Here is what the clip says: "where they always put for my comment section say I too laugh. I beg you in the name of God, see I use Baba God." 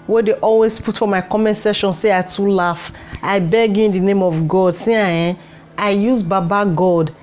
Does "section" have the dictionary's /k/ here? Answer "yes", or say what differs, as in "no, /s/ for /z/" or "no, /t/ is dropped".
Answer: no, /k/ is dropped